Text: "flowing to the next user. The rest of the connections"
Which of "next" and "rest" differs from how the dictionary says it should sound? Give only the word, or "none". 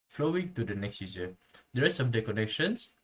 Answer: rest